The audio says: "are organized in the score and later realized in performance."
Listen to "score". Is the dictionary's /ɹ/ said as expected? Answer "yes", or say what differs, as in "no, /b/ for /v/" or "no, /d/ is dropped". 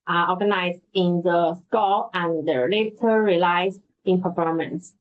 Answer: no, /l/ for /ɹ/